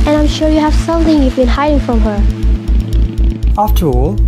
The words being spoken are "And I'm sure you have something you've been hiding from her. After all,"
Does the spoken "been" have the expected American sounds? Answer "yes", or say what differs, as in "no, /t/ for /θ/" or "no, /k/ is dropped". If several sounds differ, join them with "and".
yes